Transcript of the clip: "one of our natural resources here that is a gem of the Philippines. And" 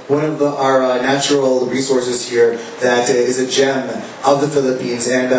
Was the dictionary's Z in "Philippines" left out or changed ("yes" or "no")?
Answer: no